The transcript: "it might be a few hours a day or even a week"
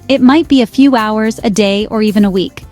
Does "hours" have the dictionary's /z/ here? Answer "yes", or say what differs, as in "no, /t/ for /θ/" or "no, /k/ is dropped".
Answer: yes